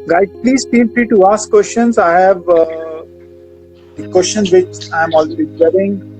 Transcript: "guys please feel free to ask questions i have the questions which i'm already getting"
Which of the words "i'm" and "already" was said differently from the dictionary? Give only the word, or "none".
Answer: already